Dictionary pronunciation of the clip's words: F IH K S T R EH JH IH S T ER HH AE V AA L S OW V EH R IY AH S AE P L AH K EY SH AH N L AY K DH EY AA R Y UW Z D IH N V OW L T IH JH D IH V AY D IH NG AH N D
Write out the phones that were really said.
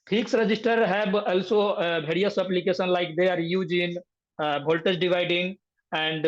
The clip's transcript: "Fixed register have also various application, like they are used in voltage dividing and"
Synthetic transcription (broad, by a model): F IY K S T R EH JH IH S T ER HH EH B AA L S OW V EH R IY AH S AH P L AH K EY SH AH N L AY K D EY AA R Y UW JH IH N B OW L T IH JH D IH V AY D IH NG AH N D